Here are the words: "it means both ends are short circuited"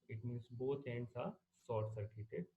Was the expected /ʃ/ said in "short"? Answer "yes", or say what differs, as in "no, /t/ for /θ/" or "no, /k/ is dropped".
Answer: no, /s/ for /ʃ/